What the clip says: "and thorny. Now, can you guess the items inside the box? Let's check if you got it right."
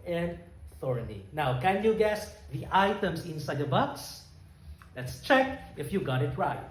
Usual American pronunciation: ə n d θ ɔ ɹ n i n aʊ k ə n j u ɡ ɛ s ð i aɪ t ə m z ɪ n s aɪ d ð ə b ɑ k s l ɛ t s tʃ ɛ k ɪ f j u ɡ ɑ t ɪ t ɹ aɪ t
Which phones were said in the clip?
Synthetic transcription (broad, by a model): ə n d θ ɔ ɹ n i n aʊ k ə n j u ɡ ɛ s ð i aɪ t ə m s ɪ n s aɪ d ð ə b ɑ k s l ɛ t s tʃ ɛ k ɪ f j u ɡ ɑ t ɪ t ɹ aɪ t